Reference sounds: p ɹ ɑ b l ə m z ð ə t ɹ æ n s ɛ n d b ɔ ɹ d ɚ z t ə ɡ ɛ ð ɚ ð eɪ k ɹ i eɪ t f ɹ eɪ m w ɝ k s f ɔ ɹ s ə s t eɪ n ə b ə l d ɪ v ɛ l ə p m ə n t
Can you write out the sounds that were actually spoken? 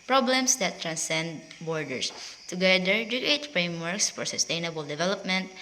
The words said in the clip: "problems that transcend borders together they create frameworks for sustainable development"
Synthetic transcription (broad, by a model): p ɹ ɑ b l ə m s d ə t ɹ æ n s ɛ n d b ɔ ɹ d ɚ s t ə ɡ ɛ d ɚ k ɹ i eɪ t f ɹ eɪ m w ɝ k s f ɔ ɹ s ə s t eɪ n ə b ə l d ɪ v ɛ l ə p m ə n t